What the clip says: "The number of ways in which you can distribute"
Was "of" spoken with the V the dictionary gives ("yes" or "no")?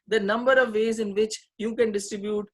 yes